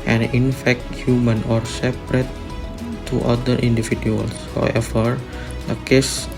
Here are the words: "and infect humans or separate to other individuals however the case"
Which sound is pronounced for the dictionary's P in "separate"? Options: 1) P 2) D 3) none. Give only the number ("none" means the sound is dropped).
1